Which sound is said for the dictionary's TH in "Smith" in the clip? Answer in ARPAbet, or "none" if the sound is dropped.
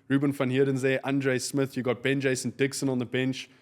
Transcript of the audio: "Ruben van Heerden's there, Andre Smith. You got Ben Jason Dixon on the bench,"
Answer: TH